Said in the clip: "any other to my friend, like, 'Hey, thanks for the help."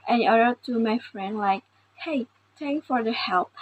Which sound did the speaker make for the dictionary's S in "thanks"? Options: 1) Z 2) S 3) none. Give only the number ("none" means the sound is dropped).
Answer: 3